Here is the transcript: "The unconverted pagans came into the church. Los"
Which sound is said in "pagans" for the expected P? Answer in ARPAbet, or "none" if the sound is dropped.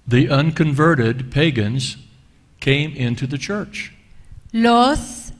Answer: P